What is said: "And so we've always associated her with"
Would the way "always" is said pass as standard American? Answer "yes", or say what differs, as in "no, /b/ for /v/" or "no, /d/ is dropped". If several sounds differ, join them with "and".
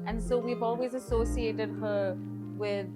yes